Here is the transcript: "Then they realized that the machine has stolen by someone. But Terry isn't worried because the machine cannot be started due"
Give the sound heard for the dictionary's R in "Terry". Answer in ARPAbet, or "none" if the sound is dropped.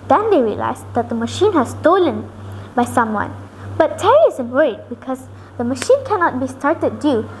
R